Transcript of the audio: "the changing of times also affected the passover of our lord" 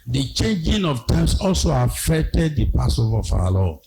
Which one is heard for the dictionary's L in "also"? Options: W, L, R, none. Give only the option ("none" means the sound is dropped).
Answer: L